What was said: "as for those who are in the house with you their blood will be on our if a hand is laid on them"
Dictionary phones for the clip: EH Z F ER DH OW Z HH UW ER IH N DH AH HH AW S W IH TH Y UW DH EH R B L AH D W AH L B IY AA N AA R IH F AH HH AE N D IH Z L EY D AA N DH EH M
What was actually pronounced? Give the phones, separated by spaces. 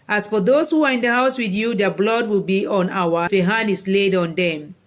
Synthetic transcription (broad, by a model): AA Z F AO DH OW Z HH UW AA IH N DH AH HH AW S W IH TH Y UW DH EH B L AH D W AH L B IY AA N AA W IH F AH HH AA N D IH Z L EY D AA N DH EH M